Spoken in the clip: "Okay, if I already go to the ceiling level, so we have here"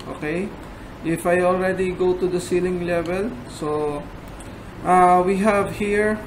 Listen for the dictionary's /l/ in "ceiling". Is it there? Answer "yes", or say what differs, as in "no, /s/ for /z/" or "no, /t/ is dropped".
yes